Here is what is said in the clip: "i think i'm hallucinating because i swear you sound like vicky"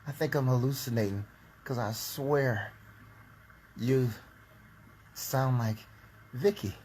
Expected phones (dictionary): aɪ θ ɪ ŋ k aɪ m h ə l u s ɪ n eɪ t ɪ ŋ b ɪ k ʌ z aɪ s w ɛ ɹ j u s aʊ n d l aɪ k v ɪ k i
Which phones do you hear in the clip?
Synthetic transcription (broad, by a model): aɪ θ ɪ ŋ k aɪ m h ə l u s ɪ n eɪ t ɪ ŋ k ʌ z aɪ s w ɛ ɹ j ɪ s aʊ n d l aɪ k v ɪ k i